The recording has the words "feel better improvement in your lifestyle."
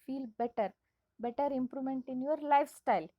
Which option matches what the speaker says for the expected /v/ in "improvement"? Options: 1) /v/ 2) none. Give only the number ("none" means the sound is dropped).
2